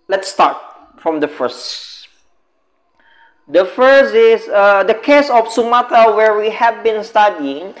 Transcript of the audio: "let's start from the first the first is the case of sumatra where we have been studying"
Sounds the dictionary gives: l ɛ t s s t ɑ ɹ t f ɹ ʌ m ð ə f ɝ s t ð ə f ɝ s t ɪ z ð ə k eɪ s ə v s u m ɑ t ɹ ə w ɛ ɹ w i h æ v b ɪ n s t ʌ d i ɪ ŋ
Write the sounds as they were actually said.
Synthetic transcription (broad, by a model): l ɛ t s s t ɑ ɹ t f ɹ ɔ m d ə f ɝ s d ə f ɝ s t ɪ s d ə k eɪ s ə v s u m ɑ t ə w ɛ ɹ w i h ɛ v b ɪ n s t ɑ d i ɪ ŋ